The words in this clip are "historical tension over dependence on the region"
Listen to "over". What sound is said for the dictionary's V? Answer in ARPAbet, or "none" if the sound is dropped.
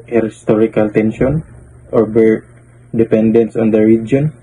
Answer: B